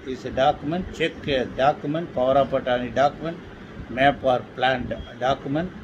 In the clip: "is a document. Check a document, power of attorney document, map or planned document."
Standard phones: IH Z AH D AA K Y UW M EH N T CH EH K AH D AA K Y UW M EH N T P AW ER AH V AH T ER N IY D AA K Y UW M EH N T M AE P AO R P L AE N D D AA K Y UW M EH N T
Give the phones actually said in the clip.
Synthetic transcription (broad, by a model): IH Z AH D AA K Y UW M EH N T CH EH K AH D AA K Y UW M EH N T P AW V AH P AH T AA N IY D AA K Y UW M EH N T M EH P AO R P L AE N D D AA K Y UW M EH N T